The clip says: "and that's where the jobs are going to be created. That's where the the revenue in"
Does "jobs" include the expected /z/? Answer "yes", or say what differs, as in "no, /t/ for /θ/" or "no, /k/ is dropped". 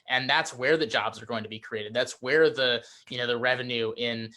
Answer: yes